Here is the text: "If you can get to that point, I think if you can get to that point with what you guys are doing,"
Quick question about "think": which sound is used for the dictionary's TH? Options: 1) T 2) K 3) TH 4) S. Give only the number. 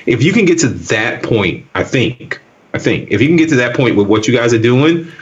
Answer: 3